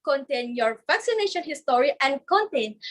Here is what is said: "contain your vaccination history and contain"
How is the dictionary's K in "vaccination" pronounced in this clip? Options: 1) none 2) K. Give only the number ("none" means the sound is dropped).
2